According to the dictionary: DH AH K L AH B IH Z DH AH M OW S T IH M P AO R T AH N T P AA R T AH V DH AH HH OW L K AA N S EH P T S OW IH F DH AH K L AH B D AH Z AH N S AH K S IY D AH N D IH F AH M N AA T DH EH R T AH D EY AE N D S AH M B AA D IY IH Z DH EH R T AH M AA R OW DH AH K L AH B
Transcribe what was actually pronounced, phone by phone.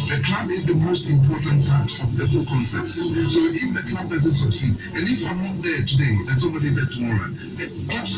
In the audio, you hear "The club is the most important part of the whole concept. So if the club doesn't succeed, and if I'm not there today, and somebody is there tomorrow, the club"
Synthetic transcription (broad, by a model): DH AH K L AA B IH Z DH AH M OW S T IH M P AO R T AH N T P AA R T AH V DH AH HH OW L K AA N S EH P T S OW IH F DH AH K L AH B D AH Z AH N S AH S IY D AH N IH F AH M N AA T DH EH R T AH D EY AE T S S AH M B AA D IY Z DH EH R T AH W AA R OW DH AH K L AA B